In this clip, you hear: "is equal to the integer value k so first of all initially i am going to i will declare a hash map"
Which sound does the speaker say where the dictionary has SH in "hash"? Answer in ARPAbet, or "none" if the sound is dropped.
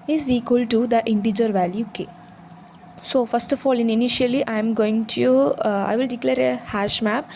SH